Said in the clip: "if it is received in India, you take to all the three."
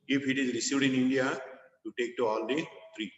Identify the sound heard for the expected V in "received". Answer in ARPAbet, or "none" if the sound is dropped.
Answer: none